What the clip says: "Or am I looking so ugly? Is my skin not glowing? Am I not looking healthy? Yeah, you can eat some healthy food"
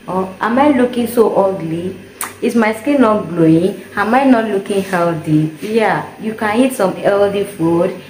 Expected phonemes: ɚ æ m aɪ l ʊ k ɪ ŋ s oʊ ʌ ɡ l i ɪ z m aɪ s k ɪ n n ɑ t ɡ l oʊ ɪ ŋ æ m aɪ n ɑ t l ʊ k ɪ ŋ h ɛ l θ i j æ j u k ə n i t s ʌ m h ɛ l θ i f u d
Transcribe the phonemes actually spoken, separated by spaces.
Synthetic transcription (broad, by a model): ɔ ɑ m aɪ l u k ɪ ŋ s oʊ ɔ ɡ l i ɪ s m aɪ s k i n n ɑ t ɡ l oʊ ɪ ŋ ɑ m aɪ n ɑ t l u k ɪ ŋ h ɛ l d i j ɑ j u k ə n i t s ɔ m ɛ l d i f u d